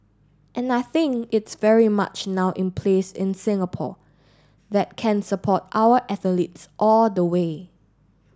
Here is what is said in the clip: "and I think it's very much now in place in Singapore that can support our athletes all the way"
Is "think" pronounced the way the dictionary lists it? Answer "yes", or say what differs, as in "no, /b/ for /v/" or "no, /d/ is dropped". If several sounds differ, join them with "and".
yes